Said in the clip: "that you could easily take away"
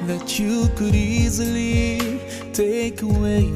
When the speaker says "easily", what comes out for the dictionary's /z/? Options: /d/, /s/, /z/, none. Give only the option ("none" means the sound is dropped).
/z/